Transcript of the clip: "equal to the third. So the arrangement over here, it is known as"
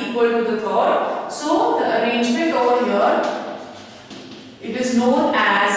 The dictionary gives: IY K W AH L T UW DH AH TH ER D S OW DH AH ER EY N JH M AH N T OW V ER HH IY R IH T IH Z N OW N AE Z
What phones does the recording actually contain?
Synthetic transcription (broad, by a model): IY K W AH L T UW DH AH T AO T S OW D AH ER EY N JH M AH N T OW V ER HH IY R IH T IH Z N OW N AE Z